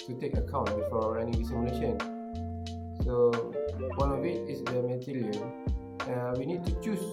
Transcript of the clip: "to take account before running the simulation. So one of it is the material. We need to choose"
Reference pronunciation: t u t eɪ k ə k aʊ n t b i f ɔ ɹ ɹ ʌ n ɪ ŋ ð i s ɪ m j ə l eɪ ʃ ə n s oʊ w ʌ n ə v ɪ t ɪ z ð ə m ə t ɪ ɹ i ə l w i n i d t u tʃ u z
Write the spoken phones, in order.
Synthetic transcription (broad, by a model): t u t eɪ k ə k aʊ n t b i f ɔ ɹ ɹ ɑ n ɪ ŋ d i s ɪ m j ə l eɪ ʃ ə n s oʊ w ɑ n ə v ɪ t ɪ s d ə m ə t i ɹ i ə n w i n i d t u tʃ u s